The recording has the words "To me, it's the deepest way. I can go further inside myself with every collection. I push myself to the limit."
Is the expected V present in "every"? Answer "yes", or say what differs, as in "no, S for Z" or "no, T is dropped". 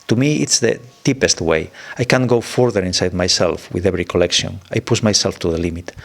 no, B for V